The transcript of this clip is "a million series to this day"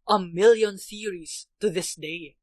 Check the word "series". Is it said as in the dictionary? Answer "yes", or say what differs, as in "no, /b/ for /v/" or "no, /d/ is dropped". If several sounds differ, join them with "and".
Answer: no, /θ/ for /s/